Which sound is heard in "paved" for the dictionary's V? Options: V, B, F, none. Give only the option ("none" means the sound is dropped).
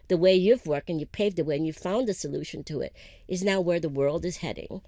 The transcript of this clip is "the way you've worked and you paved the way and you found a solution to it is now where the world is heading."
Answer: V